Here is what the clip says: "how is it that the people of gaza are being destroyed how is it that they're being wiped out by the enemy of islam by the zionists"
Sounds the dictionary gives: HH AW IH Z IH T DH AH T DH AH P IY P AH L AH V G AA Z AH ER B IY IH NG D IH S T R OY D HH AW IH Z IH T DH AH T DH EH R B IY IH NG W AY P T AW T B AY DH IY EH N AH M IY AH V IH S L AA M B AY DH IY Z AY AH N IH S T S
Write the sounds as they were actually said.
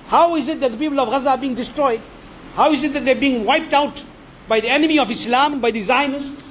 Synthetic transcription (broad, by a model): HH AW IH Z IH T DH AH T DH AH P IY P AH L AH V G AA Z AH B IY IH NG D IH S T R OY D HH AW IH Z IH T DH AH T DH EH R B IY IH NG W AY P T AW T B AY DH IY EH N AH M IY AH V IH S L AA M B AY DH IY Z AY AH N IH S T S